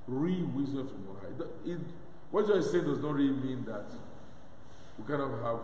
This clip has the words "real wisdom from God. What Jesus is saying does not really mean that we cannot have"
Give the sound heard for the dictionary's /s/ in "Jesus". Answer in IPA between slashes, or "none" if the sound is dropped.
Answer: none